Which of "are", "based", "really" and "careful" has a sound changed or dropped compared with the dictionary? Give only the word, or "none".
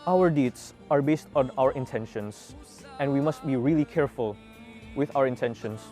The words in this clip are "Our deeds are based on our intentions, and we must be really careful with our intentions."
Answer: none